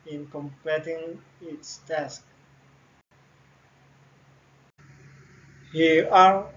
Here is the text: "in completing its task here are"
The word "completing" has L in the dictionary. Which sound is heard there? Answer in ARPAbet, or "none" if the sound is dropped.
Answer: none